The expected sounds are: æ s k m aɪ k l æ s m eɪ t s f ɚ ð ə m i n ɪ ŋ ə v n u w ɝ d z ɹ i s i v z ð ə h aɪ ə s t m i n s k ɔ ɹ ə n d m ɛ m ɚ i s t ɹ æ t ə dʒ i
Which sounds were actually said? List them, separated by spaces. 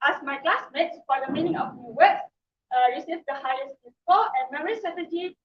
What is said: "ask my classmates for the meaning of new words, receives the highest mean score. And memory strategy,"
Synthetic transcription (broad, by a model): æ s m aɪ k l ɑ s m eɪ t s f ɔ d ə m i n ɪ ŋ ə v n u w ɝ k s ɹ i s i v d ə h aɪ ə s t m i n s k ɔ l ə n m ɛ m ɚ i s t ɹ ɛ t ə dʒ i